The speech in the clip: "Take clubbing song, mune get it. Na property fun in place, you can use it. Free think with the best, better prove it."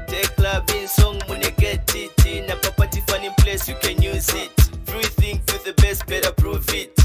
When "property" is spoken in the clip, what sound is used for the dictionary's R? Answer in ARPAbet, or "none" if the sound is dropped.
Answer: none